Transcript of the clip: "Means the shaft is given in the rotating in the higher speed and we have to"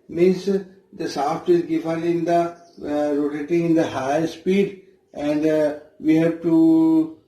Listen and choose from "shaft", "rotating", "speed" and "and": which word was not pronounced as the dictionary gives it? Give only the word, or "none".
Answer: shaft